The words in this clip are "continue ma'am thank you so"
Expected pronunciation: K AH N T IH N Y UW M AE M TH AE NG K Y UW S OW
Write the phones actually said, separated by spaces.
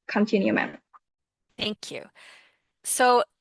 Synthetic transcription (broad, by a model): K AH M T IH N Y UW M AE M TH AE NG K Y UW S OW